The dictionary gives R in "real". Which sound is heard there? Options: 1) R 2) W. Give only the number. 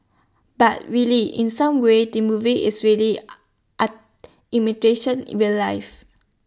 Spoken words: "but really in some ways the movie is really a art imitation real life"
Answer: 2